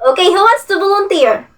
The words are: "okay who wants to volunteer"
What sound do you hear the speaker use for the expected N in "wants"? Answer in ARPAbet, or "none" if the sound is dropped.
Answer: none